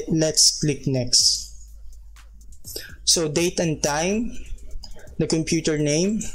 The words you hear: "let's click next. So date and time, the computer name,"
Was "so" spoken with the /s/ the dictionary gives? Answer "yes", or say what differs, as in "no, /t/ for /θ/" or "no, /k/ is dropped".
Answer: yes